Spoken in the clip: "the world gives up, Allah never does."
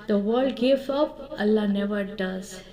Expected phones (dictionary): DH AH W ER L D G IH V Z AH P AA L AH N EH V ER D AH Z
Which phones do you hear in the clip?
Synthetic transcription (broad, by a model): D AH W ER L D G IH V AH P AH L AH N EH V ER D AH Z